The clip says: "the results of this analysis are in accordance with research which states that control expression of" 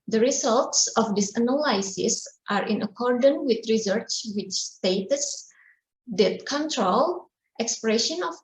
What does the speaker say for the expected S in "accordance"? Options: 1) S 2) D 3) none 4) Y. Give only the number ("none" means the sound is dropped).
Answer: 3